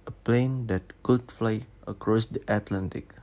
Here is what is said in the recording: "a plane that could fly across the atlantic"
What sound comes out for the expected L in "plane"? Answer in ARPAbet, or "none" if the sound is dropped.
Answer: L